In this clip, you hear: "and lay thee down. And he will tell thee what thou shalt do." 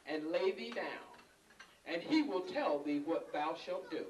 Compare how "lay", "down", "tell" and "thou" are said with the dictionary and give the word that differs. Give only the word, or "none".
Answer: none